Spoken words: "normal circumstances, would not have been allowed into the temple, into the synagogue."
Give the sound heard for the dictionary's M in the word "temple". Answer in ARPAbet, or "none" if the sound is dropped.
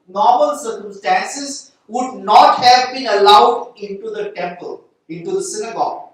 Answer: M